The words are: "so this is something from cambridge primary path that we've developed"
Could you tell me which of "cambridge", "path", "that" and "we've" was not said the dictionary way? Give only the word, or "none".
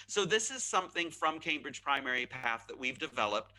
none